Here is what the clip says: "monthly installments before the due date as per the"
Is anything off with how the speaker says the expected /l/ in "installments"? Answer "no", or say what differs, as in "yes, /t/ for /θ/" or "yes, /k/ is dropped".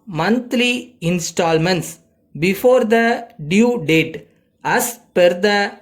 no